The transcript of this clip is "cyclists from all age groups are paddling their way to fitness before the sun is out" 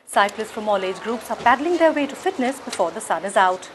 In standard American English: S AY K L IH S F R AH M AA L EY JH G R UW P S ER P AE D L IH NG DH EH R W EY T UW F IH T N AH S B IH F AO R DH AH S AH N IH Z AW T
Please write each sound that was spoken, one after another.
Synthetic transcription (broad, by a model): S AY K L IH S F R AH M AA L EY JH G R UW P S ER P AE D L IH NG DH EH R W EY T UW F IH T N AH S B IH F AO R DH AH S AH N IH Z AW T